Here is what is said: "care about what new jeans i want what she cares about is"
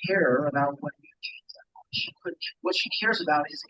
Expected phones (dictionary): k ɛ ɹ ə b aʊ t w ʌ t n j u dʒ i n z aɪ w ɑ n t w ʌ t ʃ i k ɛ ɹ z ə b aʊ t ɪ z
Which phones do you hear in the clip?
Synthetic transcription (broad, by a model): k ɛ ɹ ə b aʊ t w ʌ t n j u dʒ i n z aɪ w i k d w ʌ t ʃ i k ɛ ɹ z ə b aʊ t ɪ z